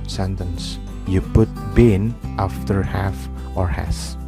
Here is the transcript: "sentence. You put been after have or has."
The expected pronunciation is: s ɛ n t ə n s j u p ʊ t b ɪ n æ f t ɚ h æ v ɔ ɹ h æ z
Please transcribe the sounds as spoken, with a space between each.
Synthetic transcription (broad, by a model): s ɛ n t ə n s j u p ʊ t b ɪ n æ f t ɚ h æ f ɔ ɹ h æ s